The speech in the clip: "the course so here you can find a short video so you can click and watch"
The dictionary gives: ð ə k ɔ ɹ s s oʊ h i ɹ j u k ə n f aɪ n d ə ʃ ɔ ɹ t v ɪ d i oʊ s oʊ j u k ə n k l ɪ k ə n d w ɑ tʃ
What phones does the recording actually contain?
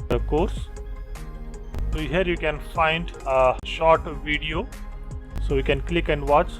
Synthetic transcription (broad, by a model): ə k ɔ ɹ s s oʊ h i ɹ j u k ə n f aɪ n d ə ʃ ɔ ɹ t v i d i oʊ s oʊ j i k ə n k l ɪ k ə n d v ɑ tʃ